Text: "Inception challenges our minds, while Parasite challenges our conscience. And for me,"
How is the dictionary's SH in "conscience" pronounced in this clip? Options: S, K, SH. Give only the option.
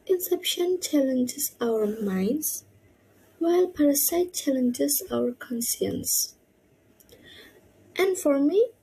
S